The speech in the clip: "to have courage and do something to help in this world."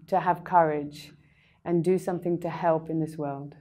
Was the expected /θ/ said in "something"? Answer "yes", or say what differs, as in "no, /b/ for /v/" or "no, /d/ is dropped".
yes